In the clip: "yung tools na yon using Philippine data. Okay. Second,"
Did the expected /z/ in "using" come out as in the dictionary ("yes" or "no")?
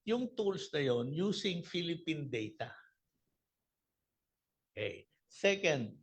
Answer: no